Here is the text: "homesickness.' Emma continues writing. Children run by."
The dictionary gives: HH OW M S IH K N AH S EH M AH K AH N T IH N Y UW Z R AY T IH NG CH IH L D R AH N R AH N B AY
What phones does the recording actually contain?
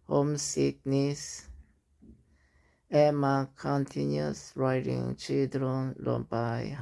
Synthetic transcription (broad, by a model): HH OW M S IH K N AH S EH M AH K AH N T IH N Y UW S R AY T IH NG CH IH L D R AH N L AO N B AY